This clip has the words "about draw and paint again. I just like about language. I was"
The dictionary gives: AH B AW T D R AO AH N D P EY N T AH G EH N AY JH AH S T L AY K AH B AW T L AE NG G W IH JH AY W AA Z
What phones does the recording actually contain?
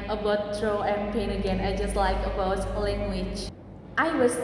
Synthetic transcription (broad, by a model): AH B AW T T R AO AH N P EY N AH G EH N AY JH AH S T L AY K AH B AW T L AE NG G W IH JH AY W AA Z